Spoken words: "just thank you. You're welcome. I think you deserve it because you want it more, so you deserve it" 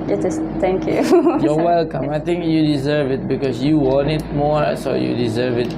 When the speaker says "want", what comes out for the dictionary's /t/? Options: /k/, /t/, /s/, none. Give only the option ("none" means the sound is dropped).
none